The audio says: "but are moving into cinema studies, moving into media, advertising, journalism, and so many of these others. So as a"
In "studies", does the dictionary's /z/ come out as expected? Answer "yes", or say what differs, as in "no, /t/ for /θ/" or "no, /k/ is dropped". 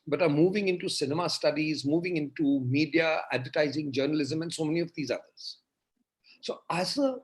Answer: yes